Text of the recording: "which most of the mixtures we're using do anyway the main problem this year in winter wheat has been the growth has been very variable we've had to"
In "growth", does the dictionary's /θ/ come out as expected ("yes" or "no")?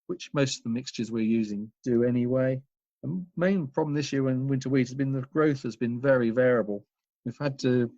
yes